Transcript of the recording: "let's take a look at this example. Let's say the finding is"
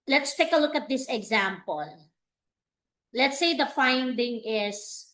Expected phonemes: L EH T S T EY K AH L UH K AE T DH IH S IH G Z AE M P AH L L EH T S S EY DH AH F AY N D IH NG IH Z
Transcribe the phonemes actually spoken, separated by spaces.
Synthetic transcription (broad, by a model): L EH T S T EY K AH L UH K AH T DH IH S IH G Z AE M P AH L L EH T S S EY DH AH F AY N D IH NG IH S